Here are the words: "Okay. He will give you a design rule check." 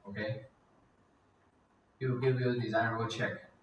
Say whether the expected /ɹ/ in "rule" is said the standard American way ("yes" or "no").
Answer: no